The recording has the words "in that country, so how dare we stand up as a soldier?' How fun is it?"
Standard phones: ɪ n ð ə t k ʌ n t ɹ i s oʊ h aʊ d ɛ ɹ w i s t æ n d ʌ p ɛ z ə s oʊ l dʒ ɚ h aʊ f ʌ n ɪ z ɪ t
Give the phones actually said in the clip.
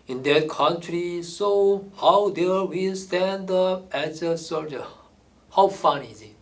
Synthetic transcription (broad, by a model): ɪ n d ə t k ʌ n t ɹ i s oʊ h aʊ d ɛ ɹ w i s t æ n d ʌ p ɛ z ə s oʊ dʒ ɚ h aʊ f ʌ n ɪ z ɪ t